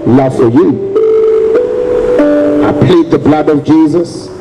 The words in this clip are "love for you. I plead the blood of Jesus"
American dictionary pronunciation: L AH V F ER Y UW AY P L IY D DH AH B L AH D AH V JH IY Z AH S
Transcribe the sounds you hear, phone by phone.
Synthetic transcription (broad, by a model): L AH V F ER Y UW AY P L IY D DH AH B L AH D AH V JH IY Z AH S